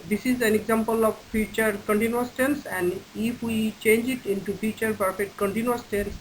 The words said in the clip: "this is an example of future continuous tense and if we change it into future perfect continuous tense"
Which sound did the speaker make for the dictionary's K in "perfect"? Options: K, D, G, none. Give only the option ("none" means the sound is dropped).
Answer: none